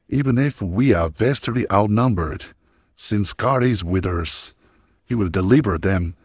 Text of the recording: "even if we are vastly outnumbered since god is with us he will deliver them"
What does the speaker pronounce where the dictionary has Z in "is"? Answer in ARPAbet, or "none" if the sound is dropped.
Z